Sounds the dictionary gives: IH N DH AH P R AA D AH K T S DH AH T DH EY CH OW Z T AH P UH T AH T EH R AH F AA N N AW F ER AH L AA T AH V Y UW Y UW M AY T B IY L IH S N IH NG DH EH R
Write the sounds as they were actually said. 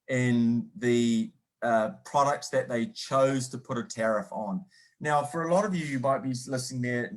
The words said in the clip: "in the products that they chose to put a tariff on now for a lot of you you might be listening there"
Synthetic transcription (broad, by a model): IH N DH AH P R AA D AH K T S DH AH T DH EY CH OW Z T AH P UH T AH T EH R AH F N N AW F ER AH L AA T AH V Y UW Y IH M AY T B IY L IH S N IH NG DH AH R